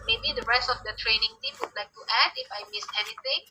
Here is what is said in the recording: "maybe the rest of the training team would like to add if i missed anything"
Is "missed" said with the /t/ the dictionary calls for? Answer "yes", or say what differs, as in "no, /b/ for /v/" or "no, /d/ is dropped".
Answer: no, /t/ is dropped